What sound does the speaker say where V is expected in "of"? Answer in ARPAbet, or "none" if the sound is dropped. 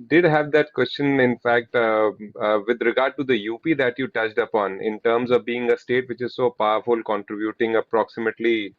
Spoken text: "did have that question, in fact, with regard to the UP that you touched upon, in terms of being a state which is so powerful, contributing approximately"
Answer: V